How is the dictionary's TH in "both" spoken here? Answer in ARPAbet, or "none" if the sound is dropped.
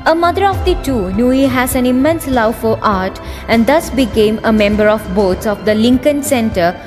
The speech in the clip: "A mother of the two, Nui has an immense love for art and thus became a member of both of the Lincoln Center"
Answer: S